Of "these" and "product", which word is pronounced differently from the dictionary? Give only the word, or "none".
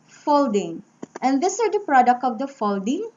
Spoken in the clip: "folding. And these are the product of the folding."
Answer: these